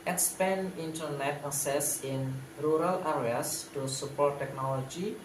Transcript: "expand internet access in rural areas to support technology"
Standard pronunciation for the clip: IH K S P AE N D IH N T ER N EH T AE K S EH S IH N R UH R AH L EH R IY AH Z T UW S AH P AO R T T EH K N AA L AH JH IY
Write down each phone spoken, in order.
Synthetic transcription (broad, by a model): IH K S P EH N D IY N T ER N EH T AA S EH S IH N R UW R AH L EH R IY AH S T UW S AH P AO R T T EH K N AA L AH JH IY